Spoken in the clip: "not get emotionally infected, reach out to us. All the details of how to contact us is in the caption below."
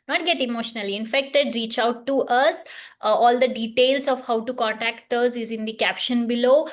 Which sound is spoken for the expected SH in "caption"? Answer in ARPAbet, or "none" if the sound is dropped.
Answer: SH